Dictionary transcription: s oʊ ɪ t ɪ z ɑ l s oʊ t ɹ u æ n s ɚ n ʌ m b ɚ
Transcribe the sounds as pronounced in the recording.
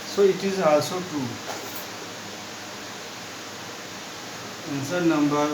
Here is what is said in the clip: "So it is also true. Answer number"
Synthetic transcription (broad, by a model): s oʊ ɪ t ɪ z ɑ s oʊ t u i n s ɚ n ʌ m b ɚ